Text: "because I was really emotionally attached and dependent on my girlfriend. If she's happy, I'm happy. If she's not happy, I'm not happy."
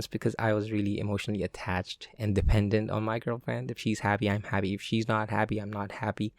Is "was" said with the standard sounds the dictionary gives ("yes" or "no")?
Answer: yes